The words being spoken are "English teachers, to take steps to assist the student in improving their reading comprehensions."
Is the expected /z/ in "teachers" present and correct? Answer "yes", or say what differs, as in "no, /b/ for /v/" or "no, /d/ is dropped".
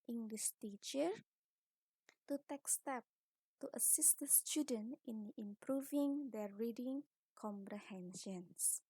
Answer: no, /z/ is dropped